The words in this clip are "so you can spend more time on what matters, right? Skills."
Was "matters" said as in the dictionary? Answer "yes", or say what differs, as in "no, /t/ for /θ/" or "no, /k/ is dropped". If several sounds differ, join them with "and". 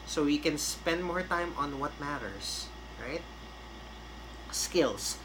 no, /s/ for /z/